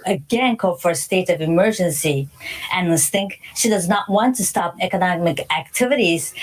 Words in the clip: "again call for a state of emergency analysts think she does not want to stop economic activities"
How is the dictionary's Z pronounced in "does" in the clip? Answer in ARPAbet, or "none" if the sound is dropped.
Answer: Z